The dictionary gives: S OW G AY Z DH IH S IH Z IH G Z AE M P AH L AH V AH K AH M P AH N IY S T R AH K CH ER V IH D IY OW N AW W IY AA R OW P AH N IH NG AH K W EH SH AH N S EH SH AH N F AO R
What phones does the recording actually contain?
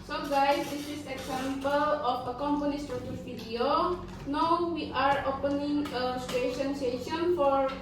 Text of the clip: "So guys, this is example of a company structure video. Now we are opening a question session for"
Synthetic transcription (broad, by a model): S OW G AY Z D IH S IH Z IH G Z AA M P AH L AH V AH K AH M P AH N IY S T AH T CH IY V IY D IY OW N AW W IY AA R OW P AH N IH NG AH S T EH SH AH N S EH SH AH N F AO R